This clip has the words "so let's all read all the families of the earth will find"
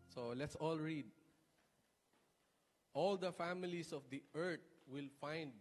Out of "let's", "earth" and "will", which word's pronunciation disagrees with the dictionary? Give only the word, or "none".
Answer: earth